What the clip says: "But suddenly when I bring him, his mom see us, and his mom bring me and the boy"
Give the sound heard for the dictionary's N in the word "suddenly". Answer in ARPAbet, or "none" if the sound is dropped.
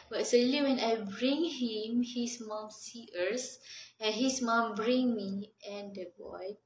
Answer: none